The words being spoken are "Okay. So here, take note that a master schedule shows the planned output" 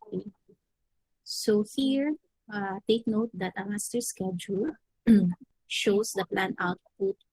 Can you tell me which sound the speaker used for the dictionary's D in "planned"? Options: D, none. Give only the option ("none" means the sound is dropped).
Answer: none